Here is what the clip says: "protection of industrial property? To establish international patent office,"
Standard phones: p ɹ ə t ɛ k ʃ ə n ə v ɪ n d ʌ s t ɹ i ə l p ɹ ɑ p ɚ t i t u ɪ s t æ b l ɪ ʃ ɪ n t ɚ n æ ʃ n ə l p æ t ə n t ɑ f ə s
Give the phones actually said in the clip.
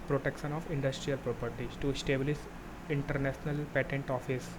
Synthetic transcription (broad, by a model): p ɹ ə t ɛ k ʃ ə n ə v ɪ n d ʌ s t ɹ i ə l p ɹ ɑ p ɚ t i t u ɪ s t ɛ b l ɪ s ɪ n t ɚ n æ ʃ n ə l p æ t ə n t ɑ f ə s